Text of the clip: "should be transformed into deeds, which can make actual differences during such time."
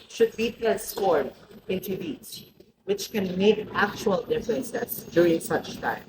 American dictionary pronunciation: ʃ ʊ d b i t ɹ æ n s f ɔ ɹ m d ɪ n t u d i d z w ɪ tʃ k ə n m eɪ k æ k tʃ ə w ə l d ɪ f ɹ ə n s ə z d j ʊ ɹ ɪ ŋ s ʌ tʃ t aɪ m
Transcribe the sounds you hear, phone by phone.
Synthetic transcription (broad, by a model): ʃ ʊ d b i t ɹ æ s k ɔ ɹ d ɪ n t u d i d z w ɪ tʃ k ə n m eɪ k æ k tʃ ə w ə l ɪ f l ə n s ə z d j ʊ ɹ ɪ ŋ s ʌ tʃ t aɪ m